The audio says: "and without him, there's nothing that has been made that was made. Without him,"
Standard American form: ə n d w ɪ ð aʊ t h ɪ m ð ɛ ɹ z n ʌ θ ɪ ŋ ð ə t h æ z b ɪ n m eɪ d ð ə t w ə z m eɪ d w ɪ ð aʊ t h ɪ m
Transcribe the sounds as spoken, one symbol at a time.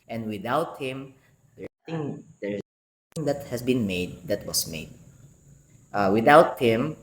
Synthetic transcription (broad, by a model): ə n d w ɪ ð aʊ t h ɪ m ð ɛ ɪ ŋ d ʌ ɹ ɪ ŋ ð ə t h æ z b ɪ n m eɪ d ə t w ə s m eɪ d w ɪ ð aʊ t h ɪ m